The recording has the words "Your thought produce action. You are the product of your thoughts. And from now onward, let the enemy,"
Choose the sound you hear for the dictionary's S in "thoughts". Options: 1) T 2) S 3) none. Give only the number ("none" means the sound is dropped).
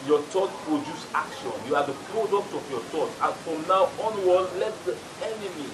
3